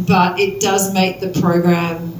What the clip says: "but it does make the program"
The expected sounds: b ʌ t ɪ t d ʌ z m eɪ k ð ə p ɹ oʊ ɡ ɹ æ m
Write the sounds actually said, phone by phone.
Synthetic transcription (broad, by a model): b ʌ t ɪ t d ʌ z m eɪ k ð ə p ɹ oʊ ɡ ɹ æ m